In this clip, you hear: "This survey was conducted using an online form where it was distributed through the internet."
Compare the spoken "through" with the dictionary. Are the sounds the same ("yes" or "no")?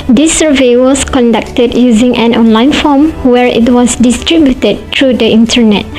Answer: no